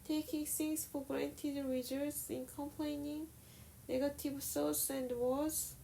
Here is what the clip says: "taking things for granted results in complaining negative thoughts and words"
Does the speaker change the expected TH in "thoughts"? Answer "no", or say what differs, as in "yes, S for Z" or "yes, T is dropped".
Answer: yes, S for TH